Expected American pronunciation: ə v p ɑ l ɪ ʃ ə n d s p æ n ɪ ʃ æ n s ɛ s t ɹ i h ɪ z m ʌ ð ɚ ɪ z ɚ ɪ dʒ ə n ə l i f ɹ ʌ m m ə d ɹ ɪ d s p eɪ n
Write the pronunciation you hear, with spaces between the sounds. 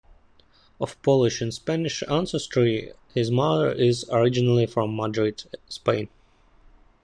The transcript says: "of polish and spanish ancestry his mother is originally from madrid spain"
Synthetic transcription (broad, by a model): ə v p ɑ l ɪ ʃ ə n s p æ n ɪ ʃ æ n s ɛ s t ɹ i h ɪ z m ʌ ð ɚ ɪ z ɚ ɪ dʒ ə n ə l i f ɹ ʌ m m ə d ɹ ɪ d s p eɪ n